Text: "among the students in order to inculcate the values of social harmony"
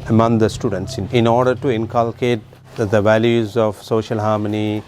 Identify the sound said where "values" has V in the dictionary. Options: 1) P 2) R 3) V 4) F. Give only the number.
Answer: 3